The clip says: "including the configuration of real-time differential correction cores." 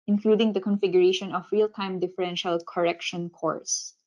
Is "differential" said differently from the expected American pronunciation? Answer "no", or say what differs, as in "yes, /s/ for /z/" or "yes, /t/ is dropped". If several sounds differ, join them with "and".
no